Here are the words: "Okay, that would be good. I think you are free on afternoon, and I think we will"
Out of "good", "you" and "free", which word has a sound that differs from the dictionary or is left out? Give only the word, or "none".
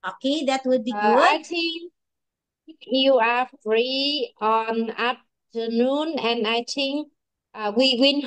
good